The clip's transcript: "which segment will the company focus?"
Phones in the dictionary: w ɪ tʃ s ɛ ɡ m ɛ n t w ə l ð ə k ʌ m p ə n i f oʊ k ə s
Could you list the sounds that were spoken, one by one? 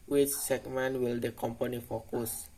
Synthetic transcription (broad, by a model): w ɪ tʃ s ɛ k m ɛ n w ə l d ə k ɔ m p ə n i f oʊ k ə s